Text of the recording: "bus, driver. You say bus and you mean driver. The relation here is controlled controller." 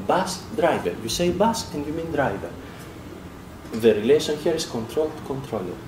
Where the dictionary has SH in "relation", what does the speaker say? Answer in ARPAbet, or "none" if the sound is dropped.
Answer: S